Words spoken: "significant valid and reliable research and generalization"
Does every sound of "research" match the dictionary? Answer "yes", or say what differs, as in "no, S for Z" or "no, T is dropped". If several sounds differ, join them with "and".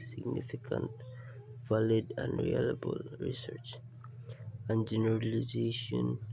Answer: yes